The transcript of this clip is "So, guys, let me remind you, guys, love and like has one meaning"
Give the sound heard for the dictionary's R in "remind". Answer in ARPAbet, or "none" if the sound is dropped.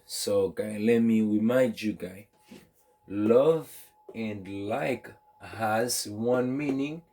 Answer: W